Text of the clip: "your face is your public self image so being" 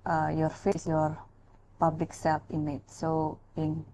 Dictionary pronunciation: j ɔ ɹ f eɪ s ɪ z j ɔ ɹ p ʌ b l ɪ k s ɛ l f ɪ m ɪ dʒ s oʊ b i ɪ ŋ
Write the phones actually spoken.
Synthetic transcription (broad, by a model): j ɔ ɹ f eɪ s j ɔ ɹ p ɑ b l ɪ k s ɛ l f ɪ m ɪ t s oʊ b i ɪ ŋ